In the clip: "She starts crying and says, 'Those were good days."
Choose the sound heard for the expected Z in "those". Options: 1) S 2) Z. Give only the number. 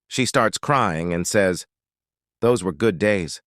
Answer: 2